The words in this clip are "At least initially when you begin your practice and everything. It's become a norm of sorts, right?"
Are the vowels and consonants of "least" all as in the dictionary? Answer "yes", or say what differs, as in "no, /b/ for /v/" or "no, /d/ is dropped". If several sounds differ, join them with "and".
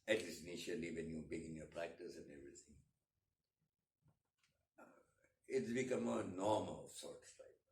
no, /t/ is dropped